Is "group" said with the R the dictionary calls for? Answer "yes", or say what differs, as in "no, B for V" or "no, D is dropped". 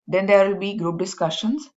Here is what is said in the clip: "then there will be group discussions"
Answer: yes